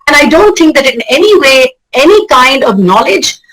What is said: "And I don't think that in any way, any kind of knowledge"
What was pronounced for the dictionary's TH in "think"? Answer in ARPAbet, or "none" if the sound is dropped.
T